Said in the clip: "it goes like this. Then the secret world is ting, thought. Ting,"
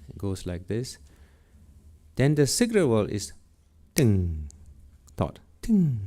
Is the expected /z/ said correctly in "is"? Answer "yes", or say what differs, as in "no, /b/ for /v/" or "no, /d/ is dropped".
no, /s/ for /z/